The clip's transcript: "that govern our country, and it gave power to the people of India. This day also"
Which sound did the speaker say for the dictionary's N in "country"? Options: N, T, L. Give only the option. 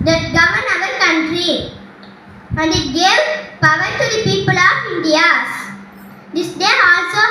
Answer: N